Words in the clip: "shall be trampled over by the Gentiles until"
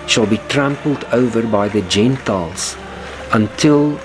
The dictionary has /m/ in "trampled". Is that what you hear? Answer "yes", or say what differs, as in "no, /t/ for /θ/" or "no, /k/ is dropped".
yes